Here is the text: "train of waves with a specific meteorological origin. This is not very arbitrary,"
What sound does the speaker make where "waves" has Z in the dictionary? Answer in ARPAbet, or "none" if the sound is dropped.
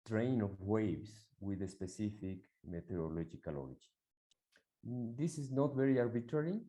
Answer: S